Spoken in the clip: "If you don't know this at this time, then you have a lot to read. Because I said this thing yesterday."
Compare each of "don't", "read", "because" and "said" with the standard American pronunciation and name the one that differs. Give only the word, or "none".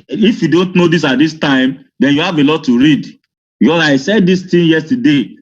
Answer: because